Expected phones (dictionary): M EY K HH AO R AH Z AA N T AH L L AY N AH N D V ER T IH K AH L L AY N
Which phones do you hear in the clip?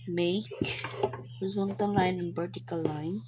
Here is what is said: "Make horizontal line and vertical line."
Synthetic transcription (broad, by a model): M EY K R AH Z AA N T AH N L AY N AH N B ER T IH K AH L L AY N